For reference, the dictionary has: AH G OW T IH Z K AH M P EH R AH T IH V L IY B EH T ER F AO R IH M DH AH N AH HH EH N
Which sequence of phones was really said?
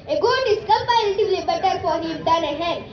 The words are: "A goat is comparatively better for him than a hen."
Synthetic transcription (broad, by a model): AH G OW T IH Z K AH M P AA AH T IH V L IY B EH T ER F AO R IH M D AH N AH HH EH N